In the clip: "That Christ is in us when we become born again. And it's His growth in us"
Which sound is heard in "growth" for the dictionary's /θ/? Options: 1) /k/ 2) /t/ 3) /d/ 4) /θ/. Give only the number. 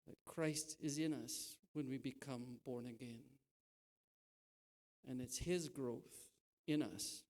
4